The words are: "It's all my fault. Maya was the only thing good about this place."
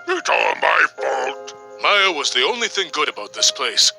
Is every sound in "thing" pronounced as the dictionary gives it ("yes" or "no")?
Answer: yes